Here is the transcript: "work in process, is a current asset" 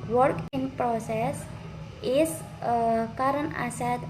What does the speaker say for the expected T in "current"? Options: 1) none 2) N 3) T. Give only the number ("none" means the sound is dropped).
1